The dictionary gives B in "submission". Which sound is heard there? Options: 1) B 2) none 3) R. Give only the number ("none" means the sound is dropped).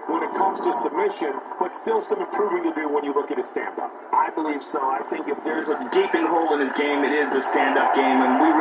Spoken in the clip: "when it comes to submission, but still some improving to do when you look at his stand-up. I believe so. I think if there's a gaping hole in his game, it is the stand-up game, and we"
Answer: 1